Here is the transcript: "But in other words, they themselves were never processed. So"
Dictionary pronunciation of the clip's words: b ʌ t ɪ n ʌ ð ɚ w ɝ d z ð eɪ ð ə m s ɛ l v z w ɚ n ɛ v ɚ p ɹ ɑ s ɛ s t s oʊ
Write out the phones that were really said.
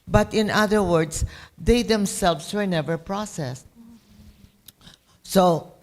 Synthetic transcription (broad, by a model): b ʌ t ɪ n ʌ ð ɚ w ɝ d s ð eɪ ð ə m s ɛ l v s w ɚ n ɛ v ɚ p ɹ ɑ s ɛ s t s oʊ